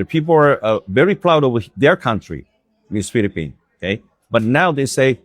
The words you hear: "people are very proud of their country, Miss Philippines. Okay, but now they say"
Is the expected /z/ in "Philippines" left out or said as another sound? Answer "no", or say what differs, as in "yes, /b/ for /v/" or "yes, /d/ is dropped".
yes, /z/ is dropped